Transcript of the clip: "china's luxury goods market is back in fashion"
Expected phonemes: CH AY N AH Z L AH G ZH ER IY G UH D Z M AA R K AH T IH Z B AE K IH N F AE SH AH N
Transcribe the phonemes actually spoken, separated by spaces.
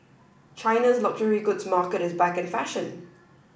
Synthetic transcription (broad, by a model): CH AY N AH Z L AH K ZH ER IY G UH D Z M AA K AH T IH Z B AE K IH N F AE SH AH N